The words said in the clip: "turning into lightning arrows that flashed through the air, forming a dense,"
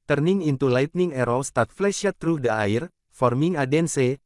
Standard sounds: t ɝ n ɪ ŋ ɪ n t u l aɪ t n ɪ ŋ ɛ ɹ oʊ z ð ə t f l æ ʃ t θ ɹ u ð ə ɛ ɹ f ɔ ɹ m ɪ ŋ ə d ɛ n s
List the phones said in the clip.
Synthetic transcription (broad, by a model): t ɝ n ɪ ŋ ɪ n t u l aɪ t n ɪ ŋ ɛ ɹ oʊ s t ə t f l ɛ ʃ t ɹ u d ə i ɹ f ɔ ɹ m ɪ ŋ ə d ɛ n s